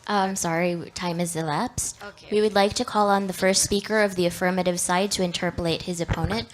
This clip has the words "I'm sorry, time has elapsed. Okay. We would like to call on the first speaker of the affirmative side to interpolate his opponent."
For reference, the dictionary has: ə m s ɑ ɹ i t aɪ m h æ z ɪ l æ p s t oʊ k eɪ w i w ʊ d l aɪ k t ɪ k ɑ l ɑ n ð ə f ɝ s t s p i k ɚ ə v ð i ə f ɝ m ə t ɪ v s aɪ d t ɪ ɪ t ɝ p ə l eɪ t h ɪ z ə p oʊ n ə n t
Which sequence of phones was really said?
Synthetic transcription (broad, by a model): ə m s ɑ ɹ i t aɪ m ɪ z ɪ l æ p s t w i w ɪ d l aɪ k t ɪ k ɑ l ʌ n ð ə f ɝ s t s p i k ɚ ə v ð i ə f ɝ m ə t ɪ v s aɪ d t ɪ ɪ t ɝ p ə l eɪ t h ɪ z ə p oʊ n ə n t